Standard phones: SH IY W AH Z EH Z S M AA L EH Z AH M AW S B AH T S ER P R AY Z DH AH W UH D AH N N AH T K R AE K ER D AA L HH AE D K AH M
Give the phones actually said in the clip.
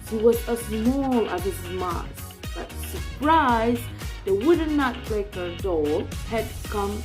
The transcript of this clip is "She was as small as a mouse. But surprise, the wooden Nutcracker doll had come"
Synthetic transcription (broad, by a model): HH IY W AH Z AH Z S M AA L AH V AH M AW B AH T S ER P R AY Z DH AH W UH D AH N N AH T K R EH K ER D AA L HH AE D K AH M